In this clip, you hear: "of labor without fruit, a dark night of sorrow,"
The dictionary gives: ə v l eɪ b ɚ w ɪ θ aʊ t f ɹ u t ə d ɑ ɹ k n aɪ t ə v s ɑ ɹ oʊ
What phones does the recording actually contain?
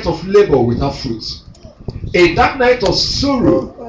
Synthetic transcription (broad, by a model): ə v l eɪ b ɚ w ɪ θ aʊ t f ɹ u t ə d ɑ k n aɪ t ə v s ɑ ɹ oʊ